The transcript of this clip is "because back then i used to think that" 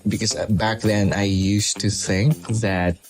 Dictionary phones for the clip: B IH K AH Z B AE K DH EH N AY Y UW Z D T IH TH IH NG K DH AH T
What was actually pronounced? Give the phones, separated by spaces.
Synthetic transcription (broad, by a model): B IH K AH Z B AE K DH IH N AY Y UW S T IH TH IH NG K DH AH T